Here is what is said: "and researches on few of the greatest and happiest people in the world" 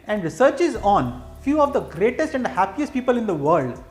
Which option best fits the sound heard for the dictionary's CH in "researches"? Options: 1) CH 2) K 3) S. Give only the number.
1